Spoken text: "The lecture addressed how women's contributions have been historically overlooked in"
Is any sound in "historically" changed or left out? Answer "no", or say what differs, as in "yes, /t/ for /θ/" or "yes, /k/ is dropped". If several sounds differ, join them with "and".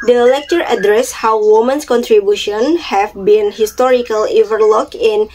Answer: no